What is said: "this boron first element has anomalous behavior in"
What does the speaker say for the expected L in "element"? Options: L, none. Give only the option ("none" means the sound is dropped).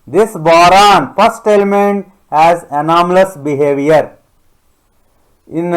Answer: L